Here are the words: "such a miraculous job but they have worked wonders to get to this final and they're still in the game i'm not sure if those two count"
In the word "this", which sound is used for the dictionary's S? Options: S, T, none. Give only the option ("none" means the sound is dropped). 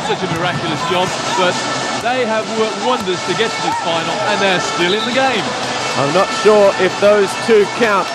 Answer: none